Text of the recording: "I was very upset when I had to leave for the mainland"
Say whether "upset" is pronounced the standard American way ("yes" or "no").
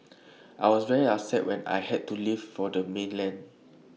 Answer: no